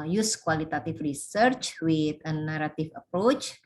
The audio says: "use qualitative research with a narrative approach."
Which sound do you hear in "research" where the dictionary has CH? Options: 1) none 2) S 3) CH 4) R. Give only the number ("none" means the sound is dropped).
3